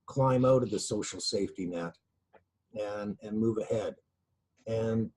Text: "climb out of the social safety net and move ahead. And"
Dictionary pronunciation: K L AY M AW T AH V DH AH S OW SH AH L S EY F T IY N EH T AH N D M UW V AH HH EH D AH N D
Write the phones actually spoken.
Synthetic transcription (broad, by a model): K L AY M AW T AH V DH AH S OW SH L S EY F T IY N EH T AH N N M UW V AH HH EH D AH N